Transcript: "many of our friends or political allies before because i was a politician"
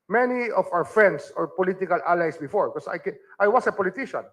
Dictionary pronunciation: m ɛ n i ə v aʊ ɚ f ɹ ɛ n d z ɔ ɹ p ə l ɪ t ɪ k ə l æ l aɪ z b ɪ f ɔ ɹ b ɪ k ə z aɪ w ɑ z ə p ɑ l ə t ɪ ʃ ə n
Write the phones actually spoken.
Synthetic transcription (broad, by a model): m ɛ n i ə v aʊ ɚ f ɹ ɛ n d s ɔ ɹ p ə l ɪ t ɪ k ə l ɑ l aɪ s b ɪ f ɔ ɹ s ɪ k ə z aɪ w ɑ s ə p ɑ l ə t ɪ ʃ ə n